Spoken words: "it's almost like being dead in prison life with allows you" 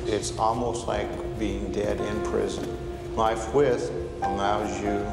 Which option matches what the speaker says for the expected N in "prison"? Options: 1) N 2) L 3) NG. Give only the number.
1